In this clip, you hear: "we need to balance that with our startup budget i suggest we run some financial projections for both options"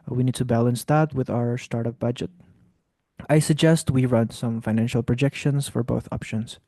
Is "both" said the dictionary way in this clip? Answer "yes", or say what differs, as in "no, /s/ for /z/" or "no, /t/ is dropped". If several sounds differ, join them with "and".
yes